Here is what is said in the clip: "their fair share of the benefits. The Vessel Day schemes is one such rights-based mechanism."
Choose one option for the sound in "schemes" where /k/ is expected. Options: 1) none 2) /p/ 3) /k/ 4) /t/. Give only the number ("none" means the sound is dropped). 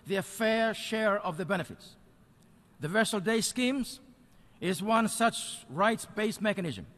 3